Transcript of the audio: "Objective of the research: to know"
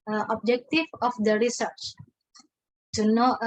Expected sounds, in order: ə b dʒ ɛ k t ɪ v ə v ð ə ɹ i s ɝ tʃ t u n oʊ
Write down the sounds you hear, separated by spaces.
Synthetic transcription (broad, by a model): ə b dʒ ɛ k t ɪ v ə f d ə ɹ i s ɝ tʃ t u n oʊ